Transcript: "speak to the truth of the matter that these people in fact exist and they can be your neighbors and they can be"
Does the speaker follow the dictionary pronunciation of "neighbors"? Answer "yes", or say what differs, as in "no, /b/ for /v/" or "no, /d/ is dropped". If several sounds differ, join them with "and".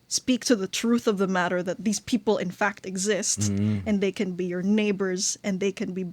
yes